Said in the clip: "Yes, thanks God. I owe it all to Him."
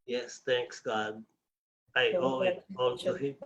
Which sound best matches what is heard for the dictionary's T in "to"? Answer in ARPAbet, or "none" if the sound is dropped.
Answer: S